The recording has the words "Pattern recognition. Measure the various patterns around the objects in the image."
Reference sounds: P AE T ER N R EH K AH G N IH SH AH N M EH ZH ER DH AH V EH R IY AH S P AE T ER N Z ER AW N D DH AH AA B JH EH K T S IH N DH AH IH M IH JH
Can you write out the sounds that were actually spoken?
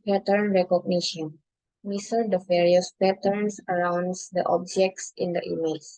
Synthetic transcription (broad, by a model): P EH T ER N R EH K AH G N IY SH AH N M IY S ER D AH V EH R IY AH S P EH T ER N S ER AW N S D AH AA B JH EH K T S IH N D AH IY M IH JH